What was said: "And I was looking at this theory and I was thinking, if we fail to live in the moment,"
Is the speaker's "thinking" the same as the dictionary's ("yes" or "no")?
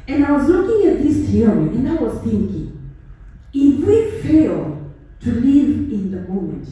yes